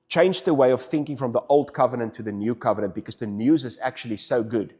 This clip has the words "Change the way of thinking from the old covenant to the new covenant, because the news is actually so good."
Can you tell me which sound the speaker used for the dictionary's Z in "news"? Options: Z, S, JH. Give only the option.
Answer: Z